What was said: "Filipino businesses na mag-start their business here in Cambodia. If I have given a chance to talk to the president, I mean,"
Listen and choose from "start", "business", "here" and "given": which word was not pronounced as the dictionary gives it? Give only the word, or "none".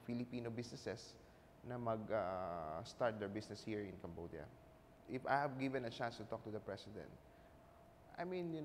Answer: business